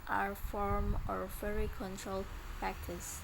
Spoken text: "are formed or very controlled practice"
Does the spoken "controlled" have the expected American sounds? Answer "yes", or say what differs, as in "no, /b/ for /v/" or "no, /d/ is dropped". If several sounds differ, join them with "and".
yes